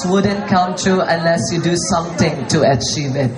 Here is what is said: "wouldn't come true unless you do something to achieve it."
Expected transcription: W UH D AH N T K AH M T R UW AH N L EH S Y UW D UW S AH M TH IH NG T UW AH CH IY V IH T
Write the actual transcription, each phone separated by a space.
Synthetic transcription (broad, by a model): W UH D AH N K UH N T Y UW AH N L EH S Y UW D UW S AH M T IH NG T UW AH CH IY V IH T